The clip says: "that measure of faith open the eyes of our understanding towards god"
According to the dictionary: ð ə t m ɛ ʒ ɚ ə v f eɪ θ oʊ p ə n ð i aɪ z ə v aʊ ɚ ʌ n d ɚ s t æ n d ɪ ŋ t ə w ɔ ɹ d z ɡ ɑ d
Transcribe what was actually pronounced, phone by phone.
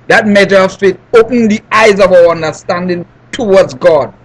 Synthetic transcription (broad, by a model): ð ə t m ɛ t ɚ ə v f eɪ t oʊ p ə n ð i aɪ z ə v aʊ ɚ ʌ n d ɚ s t æ n d ɪ ŋ t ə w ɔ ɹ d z ɡ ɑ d